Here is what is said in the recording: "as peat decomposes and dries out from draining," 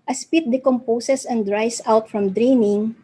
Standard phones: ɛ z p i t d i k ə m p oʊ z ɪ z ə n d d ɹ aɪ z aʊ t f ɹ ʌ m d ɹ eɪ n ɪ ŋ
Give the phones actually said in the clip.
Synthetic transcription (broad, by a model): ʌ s p i t d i k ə m p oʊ s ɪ s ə n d d ɹ aɪ s aʊ t f ɹ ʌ m d ɹ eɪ n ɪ ŋ